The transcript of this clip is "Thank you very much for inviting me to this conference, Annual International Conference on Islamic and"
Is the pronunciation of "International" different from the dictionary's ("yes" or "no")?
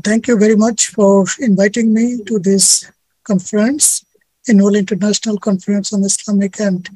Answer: no